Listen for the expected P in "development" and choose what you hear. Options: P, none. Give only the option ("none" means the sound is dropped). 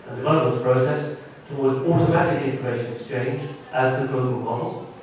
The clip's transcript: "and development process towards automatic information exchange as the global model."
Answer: none